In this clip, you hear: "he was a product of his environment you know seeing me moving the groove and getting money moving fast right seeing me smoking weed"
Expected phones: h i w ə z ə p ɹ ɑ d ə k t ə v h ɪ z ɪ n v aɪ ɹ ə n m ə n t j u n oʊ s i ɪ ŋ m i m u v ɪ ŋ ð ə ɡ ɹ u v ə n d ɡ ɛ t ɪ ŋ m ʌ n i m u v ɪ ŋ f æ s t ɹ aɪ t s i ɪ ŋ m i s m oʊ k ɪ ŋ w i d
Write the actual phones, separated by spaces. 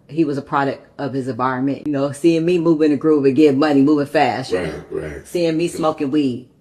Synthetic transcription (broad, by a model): h i w ə z ə p ɹ ɑ d ə k t ə v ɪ z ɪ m v aɪ ɹ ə n m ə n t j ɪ n oʊ s i ɪ ŋ m i m u v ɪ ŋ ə ɡ ɹ u p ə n ɡ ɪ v m ʌ n i m u v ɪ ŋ f æ s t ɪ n s i ɪ ŋ m i s m oʊ k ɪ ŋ w i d